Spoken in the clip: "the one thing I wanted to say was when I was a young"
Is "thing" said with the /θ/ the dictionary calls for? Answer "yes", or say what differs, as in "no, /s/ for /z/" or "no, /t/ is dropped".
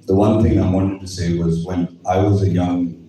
yes